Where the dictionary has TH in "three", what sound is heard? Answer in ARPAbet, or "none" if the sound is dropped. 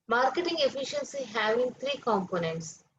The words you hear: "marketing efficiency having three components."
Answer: T